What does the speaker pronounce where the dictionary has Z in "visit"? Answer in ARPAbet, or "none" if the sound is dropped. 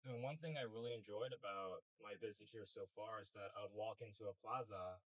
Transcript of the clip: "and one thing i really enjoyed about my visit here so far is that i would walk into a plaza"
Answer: Z